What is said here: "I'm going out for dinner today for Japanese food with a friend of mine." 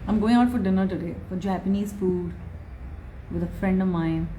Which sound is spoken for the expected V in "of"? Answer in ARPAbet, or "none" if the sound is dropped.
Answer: V